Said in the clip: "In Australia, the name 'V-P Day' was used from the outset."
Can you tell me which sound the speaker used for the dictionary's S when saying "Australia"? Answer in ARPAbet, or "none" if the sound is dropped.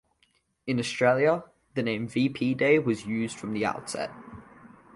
S